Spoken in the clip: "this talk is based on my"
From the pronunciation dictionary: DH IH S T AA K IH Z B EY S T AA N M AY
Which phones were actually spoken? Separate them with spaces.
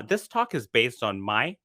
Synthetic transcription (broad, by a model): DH IH S T AA K IH Z B EY S T N M AY